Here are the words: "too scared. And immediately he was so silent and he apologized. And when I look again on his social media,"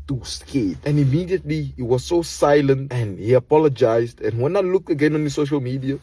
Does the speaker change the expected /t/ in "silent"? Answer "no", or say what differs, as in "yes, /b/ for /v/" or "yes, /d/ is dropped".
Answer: no